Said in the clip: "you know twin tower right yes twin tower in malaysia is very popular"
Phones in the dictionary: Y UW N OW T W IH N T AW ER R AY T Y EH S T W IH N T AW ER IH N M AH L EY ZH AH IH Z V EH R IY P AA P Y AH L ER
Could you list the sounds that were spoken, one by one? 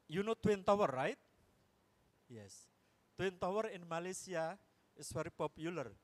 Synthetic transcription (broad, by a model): Y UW N OW T W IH N T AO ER R AY T Y EH S T W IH N T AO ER IH N M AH L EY S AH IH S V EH R IY P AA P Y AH L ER